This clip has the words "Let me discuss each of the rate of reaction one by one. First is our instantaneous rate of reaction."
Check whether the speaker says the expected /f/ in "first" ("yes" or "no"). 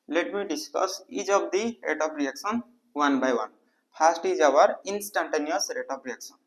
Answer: no